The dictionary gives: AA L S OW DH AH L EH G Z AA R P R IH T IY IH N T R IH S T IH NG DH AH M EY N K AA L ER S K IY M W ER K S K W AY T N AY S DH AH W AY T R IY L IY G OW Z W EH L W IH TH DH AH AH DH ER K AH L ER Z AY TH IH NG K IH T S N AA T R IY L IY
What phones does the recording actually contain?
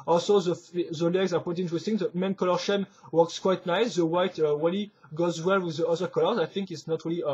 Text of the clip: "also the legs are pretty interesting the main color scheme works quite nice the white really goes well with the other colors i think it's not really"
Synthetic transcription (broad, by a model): AA L S OW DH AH L EH G Z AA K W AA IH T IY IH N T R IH S T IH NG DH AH M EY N K AA L ER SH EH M W ER K S K W AY T N AY S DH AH W AY T W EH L IY G OW Z W EH L W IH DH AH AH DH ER K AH L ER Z AY TH IH NG K IH T S N AA T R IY L IY